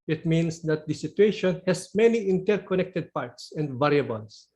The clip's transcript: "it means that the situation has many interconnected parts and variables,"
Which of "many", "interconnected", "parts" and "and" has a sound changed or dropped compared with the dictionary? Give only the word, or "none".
none